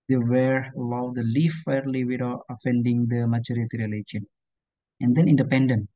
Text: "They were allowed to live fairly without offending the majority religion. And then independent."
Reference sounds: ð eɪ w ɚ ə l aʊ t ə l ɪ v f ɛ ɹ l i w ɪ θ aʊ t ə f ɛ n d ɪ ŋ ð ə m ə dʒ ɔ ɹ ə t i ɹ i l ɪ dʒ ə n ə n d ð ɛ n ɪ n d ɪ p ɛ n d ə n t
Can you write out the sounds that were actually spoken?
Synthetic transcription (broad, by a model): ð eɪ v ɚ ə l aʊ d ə l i f ɛ ɹ l i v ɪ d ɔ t ə f ɛ n d ɪ ŋ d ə m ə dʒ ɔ ɹ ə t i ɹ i l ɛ ʃ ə n ə n d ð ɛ n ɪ n d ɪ p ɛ n d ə n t